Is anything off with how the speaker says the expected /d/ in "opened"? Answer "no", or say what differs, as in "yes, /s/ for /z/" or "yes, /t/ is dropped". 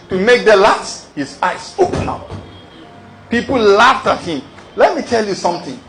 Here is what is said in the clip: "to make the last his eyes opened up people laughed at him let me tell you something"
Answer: yes, /d/ is dropped